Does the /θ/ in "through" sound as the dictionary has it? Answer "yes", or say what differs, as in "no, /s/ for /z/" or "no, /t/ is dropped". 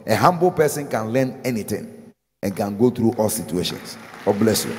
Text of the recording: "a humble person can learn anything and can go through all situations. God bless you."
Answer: no, /t/ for /θ/